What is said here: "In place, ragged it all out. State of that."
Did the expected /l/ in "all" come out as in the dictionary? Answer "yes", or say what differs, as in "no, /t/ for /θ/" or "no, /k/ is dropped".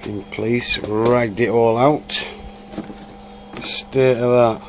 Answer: yes